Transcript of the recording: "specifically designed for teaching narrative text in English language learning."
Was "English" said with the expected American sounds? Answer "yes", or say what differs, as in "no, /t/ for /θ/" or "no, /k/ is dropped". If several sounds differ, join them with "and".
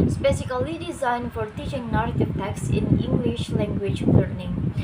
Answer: yes